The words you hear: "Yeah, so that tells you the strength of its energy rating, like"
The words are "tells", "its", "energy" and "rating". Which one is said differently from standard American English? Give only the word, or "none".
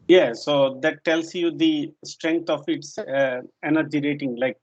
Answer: tells